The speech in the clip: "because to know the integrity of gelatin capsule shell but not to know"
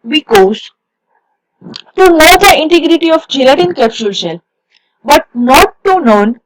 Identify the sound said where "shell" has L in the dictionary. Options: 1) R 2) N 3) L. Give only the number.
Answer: 2